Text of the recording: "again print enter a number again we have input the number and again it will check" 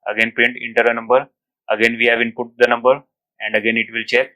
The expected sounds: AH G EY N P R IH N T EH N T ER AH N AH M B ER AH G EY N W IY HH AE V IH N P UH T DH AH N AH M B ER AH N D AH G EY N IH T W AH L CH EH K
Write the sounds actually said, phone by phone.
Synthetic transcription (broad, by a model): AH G EY N P EH N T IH N T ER AH N AH M B ER AH G EY N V IY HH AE V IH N P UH T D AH N AH M B ER AH N D AH G EY N IH T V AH L CH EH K